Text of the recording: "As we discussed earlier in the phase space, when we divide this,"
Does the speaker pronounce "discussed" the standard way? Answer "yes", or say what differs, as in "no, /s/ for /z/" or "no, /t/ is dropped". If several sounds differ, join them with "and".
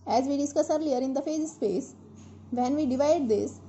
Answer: no, /t/ is dropped